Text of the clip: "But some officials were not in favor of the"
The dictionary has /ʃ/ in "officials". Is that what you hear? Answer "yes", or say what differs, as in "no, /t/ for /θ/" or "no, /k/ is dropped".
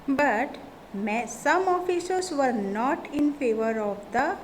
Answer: no, /s/ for /ʃ/